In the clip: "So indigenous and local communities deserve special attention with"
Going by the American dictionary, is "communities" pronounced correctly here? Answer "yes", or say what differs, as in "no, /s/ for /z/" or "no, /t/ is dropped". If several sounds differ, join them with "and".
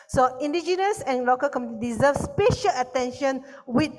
no, /z/ is dropped